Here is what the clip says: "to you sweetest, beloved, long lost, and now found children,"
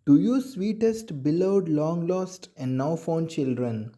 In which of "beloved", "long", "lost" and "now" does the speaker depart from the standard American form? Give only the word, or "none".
beloved